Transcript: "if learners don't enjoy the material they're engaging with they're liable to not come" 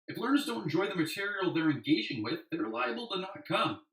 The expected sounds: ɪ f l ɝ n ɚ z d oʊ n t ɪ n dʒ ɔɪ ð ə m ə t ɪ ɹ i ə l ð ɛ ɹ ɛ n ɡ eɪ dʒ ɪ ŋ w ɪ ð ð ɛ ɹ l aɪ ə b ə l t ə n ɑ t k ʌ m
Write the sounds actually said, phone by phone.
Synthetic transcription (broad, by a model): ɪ f l ɝ n ɚ z d oʊ n t n dʒ ɔɪ ð ə m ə t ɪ ɹ i l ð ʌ ɹ ɛ n ɡ eɪ dʒ ɪ ŋ w ɪ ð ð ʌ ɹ l aɪ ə b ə l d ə n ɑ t k ʌ m